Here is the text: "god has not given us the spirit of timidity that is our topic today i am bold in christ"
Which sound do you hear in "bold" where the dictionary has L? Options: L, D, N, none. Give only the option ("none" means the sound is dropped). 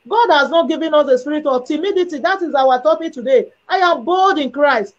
L